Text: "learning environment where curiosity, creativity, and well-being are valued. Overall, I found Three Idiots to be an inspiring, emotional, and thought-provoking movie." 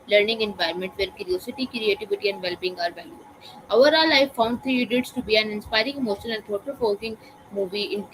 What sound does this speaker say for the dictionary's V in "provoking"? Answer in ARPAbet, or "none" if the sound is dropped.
F